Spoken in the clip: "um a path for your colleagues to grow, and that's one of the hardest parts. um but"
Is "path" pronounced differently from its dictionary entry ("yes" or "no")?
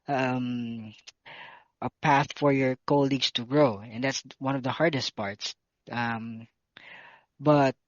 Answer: no